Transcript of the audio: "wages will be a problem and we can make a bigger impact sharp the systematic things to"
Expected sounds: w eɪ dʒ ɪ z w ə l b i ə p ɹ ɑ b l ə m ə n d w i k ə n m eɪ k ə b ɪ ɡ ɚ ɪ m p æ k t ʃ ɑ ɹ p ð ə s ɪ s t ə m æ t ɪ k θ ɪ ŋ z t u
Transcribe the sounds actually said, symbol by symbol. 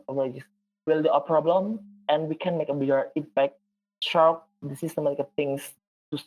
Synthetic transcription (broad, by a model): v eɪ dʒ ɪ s w ə l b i ə p ɹ ɑ b l ə m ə n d w i k ə n m eɪ k ə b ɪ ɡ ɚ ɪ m p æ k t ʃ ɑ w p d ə s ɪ s t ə m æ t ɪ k t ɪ ŋ s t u